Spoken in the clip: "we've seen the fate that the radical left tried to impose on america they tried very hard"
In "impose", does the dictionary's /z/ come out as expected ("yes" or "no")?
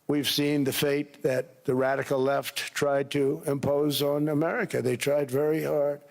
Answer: yes